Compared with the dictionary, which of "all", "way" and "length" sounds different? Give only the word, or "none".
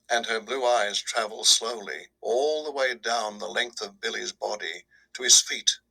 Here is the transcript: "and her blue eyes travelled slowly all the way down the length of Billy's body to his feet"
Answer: none